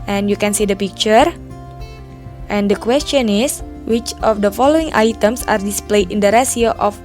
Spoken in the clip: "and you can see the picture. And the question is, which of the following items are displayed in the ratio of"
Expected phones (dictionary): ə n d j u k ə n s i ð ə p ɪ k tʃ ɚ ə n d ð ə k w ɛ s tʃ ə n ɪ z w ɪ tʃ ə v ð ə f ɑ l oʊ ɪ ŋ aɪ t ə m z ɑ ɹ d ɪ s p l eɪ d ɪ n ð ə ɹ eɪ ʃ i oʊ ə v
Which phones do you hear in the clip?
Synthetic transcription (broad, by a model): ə n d j u k ə n s i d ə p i k tʃ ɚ ə n d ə k w ɛ s tʃ ə n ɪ s w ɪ tʃ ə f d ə f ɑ l oʊ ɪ ŋ aɪ t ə m s ɑ ɹ d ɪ s p l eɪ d ɪ n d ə ɹ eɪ s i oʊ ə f